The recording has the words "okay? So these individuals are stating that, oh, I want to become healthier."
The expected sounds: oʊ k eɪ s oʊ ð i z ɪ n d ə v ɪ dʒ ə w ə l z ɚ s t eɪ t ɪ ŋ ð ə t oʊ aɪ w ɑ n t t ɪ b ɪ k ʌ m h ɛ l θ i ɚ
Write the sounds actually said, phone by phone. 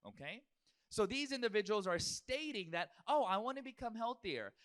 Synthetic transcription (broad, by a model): oʊ k eɪ s oʊ ð i z ɪ n d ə v ɪ dʒ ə w l z ɚ s t eɪ t ɪ ŋ ð ə t oʊ aɪ w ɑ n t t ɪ b ɪ k ʌ m h ɛ l θ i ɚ